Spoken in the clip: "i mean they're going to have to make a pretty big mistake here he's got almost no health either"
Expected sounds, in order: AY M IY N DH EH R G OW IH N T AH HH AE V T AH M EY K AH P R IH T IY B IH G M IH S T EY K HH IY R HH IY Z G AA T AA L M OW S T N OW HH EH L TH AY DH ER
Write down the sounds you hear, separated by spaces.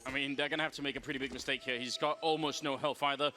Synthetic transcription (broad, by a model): AY M IY N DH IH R G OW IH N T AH HH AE F T AH M EY K AH P R IH T IY B IH G M IH S T EY K HH IY R HH IY Z G AA T AA L M OW S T N OW HH EH L F AY DH ER